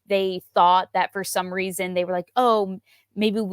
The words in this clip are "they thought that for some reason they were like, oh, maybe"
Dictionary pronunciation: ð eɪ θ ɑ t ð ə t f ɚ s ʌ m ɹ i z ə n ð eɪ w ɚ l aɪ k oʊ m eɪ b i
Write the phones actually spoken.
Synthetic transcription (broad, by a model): ð eɪ θ ɑ t ð ə t f ɚ s ʌ m ɹ i z ə n ð eɪ w ɚ l aɪ k oʊ m eɪ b i